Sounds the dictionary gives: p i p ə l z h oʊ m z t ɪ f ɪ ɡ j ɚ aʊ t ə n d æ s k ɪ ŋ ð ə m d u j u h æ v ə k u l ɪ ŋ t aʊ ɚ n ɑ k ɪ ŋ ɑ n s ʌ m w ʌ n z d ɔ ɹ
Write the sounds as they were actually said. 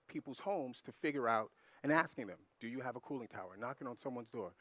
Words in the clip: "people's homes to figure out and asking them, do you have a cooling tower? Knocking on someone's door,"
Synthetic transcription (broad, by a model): p i p l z h oʊ m z t ɪ f ɪ ɡ j ɚ aʊ t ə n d æ s k ɪ ŋ ð ə m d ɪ j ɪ v ə k u l ɪ ŋ t aʊ ɚ n ɑ k ɪ ŋ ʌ n s ʌ m w ʌ n z d ɔ ɹ